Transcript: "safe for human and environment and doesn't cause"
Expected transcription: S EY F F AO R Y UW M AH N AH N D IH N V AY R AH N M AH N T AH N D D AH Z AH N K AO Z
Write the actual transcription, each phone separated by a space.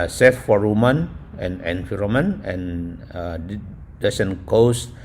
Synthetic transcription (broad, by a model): S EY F F AO R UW M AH N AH N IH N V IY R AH M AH N AH N D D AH S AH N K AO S